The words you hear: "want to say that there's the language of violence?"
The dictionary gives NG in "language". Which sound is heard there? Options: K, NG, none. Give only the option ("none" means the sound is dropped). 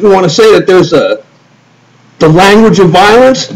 NG